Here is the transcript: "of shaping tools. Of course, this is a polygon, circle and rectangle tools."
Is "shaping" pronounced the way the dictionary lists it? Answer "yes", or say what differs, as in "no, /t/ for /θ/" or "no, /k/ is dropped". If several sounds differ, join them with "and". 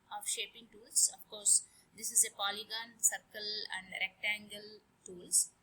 yes